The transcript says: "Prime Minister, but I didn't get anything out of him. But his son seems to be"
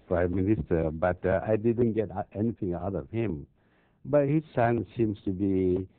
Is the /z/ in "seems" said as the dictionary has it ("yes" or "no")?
no